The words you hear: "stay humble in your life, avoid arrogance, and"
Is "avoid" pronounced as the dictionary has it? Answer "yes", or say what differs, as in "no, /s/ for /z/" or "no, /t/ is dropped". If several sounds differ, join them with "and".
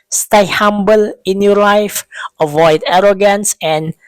yes